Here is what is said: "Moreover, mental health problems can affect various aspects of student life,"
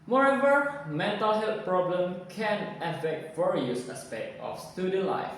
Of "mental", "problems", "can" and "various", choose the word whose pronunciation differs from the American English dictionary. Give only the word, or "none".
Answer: problems